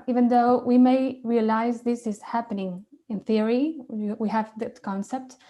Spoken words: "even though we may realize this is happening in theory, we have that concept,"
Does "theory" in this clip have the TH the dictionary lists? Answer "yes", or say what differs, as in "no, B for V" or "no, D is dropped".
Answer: yes